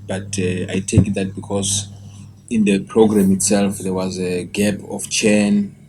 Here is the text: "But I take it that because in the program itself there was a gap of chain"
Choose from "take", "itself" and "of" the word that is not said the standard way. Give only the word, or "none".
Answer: of